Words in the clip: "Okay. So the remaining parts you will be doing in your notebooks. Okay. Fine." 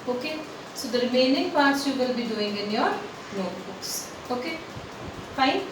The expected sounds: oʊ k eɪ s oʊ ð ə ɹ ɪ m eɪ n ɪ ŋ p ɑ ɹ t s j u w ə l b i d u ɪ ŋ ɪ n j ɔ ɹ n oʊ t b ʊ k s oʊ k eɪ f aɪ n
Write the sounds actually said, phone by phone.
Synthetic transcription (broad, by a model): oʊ k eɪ s oʊ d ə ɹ m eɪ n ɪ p ɑ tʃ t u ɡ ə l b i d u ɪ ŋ ɪ n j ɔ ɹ l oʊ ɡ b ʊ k s oʊ k eɪ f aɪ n